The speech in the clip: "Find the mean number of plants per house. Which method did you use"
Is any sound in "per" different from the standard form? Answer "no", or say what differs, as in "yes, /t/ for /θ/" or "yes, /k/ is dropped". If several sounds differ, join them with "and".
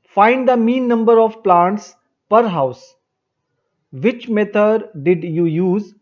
no